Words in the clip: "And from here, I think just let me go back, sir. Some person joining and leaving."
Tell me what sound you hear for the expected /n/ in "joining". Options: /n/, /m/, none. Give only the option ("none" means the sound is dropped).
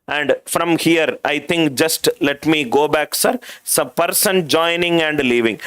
/n/